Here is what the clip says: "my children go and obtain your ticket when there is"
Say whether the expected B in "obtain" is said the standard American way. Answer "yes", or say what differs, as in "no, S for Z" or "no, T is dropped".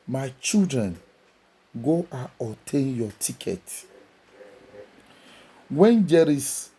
no, B is dropped